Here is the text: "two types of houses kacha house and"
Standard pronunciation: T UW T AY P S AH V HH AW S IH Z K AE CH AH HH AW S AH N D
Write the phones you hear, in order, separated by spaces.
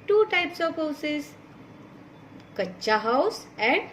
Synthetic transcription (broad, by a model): T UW T AY P S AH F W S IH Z K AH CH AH HH AW S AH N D